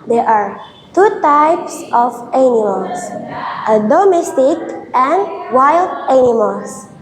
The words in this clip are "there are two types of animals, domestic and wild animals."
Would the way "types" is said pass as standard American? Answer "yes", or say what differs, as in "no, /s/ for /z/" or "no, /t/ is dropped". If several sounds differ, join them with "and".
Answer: yes